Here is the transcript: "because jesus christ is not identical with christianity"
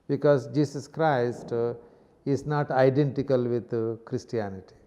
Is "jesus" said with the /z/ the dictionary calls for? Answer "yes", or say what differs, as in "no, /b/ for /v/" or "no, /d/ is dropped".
no, /s/ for /z/